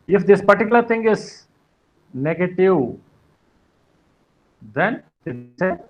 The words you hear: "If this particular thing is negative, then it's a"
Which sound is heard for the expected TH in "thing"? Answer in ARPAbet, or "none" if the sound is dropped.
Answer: T